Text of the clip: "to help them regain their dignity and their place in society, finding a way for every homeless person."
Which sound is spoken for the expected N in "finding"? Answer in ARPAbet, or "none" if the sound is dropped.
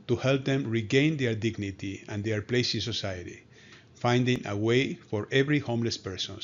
N